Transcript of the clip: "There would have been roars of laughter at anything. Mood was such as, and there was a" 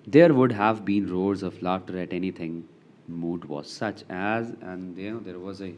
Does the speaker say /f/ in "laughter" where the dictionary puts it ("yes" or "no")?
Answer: no